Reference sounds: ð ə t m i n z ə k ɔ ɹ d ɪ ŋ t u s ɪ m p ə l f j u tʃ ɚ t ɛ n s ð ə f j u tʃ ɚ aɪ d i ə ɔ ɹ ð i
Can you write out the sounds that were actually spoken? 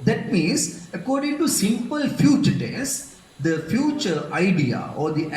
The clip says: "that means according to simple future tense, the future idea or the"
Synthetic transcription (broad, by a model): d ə t m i n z ə k ɔ ɹ d ɪ ŋ t u s ɪ m p ə l f j u tʃ ɚ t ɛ s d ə f j u tʃ ɚ aɪ d i ə ɔ ɹ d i